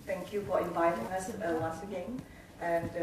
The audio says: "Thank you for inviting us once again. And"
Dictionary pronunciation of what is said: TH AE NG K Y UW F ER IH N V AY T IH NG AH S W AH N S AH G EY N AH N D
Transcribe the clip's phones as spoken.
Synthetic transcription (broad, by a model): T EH NG K Y UW F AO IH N V AY T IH NG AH S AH L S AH G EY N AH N